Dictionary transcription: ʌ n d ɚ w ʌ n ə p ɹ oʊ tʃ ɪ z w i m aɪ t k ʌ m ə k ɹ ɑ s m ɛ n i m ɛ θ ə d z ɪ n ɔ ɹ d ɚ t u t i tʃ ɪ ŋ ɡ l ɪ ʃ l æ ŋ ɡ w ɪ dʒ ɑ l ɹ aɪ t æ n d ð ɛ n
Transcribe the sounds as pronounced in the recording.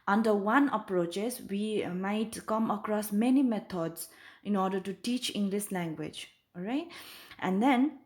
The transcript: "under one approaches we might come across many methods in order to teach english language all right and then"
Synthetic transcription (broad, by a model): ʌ n d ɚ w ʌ n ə p ɹ oʊ tʃ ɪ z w i m aɪ t k ʌ m ə k ɹ ɑ s m ɛ n i m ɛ t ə d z ɪ n ɔ ɹ d ɚ t u t i tʃ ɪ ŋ ɡ l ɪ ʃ l æ ŋ ɡ w ɪ dʒ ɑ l ɹ aɪ t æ n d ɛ n